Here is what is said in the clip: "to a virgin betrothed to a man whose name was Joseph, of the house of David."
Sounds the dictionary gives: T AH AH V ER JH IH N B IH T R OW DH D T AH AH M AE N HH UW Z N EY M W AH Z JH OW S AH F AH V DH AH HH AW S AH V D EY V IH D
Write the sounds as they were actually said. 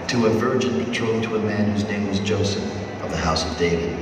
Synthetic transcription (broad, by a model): T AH AH V ER JH IH N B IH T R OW T AH AH M AE N HH UW Z N EY M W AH Z JH OW S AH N AH V DH AH HH AW S AH V D EY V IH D